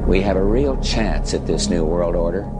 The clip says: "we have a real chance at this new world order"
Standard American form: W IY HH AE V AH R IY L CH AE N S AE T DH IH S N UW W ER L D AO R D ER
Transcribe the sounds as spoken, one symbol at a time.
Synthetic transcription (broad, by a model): W IY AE V AH R IY L CH AE N S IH T DH IH S N UW W ER L D AO R D ER